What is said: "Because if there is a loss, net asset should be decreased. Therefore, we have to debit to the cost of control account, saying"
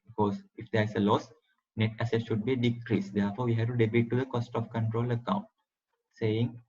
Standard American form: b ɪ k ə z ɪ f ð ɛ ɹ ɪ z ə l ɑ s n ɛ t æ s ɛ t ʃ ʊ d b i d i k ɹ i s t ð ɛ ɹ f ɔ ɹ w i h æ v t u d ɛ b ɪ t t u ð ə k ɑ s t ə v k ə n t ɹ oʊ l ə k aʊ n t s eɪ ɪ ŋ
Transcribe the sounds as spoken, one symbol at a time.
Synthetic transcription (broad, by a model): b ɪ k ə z ɪ f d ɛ ɹ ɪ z ə l ɑ s n ɛ t æ s ɛ t ʃ ʊ d b i d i k ɹ i s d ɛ ɹ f ɔ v i h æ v t u d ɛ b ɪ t t u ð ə k ɑ s t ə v k ə n t ɹ oʊ l ə k aʊ n t s eɪ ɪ ŋ